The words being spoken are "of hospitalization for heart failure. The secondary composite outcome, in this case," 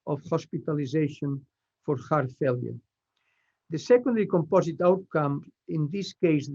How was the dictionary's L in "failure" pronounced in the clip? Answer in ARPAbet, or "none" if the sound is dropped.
L